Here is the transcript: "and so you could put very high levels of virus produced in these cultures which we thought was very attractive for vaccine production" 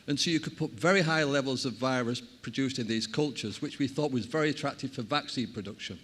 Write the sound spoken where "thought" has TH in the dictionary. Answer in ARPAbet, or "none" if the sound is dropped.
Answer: TH